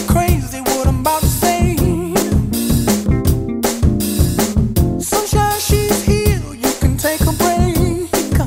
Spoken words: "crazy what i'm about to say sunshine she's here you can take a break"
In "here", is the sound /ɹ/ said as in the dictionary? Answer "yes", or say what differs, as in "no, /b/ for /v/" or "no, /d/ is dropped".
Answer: no, /l/ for /ɹ/